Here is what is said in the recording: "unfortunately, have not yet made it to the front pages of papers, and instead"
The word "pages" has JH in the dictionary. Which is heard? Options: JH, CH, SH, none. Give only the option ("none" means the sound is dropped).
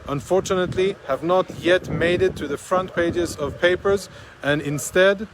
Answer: JH